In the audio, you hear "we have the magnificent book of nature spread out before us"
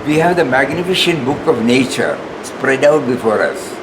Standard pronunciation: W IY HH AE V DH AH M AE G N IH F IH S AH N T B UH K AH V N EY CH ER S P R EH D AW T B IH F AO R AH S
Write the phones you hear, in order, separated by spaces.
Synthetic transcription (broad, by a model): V IY HH AE V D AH M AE G N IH F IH SH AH N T B UH K AH V N EY CH ER S P R EH D AW T B IH F AO R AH S